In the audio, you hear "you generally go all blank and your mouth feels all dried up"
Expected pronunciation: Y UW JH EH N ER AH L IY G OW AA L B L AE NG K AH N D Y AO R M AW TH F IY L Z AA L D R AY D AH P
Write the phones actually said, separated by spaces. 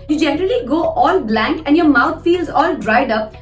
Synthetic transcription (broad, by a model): Y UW JH EH N ER AH L IY G OW AA L B L AE NG K AH N D Y AO R M AW T F IY L Z AA L D R AY D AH P